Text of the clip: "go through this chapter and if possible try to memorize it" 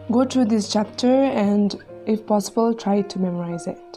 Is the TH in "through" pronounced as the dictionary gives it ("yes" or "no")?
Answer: no